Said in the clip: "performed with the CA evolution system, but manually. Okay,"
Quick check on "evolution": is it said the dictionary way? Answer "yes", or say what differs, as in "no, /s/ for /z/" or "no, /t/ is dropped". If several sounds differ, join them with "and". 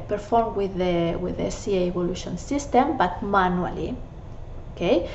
no, /b/ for /v/